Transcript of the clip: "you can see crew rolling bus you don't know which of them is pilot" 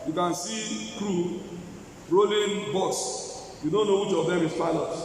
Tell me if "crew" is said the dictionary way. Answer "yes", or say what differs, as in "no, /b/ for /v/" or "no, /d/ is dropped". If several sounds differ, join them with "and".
yes